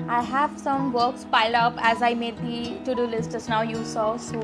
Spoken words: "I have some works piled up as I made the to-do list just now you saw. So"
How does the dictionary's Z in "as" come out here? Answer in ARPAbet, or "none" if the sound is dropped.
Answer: Z